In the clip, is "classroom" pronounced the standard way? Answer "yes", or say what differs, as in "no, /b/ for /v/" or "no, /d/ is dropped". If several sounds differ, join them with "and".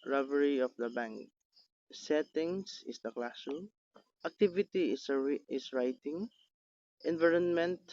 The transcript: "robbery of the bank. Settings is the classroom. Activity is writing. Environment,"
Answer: no, /ɹ/ is dropped